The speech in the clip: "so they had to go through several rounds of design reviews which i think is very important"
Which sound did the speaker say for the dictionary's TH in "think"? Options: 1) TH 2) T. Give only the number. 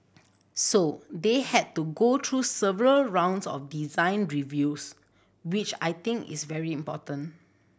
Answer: 2